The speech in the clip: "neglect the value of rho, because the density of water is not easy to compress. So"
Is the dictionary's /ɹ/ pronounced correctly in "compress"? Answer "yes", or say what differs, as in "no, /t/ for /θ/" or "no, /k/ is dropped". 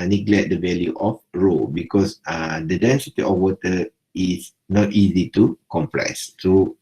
no, /l/ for /ɹ/